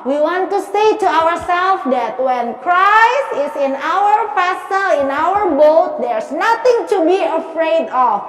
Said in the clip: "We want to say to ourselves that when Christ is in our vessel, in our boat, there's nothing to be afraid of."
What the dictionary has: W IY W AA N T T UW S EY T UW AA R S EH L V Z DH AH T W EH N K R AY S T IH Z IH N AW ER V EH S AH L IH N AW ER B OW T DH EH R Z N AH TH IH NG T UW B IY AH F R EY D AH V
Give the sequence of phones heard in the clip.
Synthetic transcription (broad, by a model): W IY W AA N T T UW S EY T UW AA R S EH L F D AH T W EH N K R AY S T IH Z IH N AW ER F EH S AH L IH N AW ER B OW T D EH R S N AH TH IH NG T UW B IY AH F R EY D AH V